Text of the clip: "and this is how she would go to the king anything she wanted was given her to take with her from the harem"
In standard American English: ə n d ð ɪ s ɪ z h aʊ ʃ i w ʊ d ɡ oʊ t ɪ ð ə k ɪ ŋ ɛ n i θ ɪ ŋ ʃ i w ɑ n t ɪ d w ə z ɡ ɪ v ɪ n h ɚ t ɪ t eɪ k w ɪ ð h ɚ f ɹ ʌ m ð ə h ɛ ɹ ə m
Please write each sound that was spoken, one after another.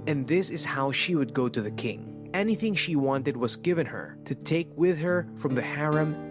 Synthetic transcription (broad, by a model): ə n ð ɪ s ɪ z h aʊ ʃ i w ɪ d ɡ oʊ t ɪ ð ə k ɪ ŋ ɛ n i θ ɪ ŋ ʃ i w ɑ n t ɪ d w ə z ɡ ɪ v ɪ n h ɚ t ɪ t eɪ k w ɪ ð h ɚ f ɹ ʌ m ð ə h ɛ ɹ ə m